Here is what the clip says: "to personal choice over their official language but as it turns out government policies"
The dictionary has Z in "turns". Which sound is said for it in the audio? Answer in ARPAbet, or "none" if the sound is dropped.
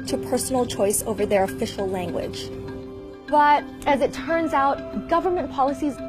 Z